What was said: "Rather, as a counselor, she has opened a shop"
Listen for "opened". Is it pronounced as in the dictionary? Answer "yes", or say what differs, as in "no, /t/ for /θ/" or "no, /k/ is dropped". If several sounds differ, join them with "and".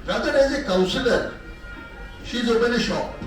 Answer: no, /d/ is dropped